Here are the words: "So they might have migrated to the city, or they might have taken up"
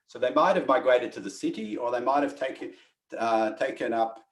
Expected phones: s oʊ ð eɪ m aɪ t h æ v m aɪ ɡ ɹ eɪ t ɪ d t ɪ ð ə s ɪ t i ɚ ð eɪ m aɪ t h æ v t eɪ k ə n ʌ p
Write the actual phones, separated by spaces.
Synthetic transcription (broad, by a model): s oʊ ð eɪ m aɪ t h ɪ v m aɪ ɡ ɹ eɪ t ɪ d t ɪ ð ə s ɪ t i ɚ ð eɪ m aɪ t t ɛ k t eɪ k ə n ʌ p